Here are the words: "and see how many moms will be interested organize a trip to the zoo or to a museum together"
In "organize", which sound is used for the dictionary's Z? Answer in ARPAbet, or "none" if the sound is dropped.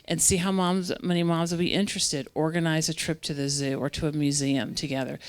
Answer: Z